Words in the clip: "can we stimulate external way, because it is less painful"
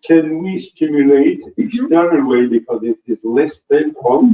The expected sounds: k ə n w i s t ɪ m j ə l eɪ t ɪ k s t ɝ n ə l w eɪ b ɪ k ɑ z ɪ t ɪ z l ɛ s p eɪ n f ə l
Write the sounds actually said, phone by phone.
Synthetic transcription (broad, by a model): k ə n w i s t ɪ m j ə l eɪ t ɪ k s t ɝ ə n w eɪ b ɪ k ɑ z ɪ t ɪ z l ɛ s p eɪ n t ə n